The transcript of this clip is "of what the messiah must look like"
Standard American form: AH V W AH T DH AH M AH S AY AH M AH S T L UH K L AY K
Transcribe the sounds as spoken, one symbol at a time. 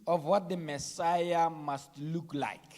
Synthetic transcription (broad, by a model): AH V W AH T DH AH M AH S AY AH M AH S T L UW K L AY K